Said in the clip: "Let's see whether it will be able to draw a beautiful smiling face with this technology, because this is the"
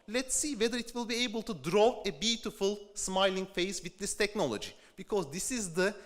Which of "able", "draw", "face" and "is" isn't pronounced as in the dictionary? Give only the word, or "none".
none